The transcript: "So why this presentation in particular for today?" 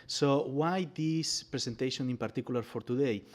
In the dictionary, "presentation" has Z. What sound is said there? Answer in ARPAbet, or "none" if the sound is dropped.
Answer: S